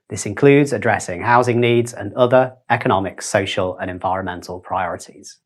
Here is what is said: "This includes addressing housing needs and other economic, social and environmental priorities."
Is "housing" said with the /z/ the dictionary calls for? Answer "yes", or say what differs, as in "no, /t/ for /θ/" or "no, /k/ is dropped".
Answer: yes